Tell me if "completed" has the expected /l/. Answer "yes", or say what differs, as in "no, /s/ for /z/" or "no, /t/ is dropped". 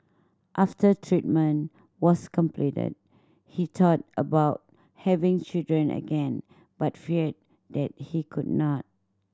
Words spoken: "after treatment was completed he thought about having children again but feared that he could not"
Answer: yes